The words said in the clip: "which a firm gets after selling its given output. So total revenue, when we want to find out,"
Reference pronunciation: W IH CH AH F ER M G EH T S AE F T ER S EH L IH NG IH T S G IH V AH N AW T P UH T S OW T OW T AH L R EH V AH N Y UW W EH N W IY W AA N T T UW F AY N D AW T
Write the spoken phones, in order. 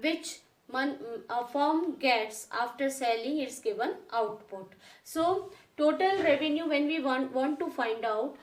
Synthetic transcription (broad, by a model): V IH CH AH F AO M G EH T S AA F T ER S EH L IH NG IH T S G IH V AH N AW T P UH T S OW T OW T AH L R EH V AH N Y UW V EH N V IY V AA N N T UW F AY N D AW T